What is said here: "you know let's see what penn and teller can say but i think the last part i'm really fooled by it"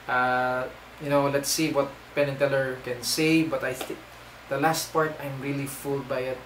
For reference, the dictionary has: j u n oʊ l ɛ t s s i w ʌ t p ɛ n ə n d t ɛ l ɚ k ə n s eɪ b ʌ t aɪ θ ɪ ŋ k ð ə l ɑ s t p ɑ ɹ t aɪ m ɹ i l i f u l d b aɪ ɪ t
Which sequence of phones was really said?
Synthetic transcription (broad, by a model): j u n oʊ l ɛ t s s i w ʌ t p ɛ n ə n t ɛ l ɚ k ə n s eɪ b ʌ t aɪ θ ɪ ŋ k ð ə l ɑ s t p ɑ ɹ t aɪ m ɹ i l i f u l d b aɪ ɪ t